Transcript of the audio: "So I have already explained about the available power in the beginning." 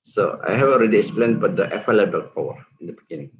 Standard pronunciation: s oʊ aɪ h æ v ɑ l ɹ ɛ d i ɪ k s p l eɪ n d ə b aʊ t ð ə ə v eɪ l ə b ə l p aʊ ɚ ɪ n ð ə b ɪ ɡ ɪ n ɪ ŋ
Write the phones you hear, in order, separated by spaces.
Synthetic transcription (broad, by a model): s oʊ aɪ h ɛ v ɑ l ɹ ɛ d i ɪ k s p l eɪ n d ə b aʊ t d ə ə f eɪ l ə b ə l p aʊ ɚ ɪ n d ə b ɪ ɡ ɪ n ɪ ŋ